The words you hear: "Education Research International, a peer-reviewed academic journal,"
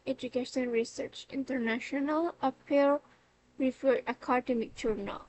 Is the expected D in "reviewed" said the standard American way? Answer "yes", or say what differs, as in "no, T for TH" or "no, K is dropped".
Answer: no, D is dropped